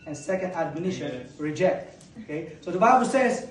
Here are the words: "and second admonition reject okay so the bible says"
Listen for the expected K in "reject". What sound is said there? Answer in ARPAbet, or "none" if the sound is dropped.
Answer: K